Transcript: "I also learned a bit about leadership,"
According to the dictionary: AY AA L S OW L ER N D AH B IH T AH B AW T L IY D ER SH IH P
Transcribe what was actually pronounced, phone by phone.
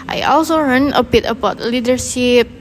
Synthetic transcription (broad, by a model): AY AA L S OW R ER N AH B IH T AH B AW T L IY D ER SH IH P